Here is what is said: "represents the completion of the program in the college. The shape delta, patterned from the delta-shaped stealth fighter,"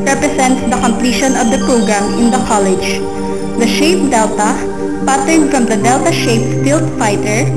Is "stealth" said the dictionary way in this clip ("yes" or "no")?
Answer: no